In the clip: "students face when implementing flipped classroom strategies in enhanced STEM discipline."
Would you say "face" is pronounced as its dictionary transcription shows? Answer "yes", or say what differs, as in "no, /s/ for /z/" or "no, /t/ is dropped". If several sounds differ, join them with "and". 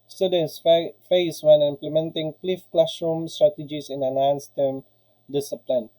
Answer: yes